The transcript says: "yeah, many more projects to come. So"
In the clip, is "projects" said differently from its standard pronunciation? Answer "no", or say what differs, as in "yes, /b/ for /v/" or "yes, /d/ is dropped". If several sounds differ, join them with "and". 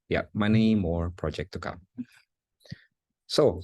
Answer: yes, /s/ is dropped